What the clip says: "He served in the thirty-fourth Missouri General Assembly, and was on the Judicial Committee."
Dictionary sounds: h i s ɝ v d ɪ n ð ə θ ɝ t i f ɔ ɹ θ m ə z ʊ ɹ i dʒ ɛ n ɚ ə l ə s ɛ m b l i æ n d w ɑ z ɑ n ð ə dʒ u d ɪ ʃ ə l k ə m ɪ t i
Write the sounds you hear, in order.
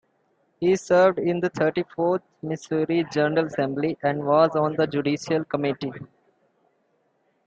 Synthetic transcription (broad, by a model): h i s ɝ v d ɪ n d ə t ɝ t i f ɔ ɹ t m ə s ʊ ɹ i dʒ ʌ n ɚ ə l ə s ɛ m b l i æ n d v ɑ z ɑ n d ə dʒ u d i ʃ ə l k ə m ɪ t i